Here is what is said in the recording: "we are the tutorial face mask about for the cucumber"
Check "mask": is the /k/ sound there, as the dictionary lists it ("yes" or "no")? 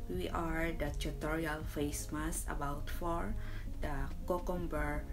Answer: no